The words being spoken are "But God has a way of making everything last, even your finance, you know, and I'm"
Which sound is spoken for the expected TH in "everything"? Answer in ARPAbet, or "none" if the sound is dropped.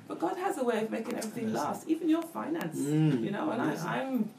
TH